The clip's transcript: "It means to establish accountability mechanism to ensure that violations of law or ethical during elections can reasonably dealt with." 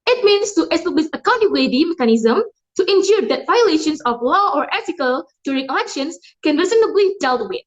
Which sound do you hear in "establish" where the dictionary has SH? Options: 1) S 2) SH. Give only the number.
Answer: 1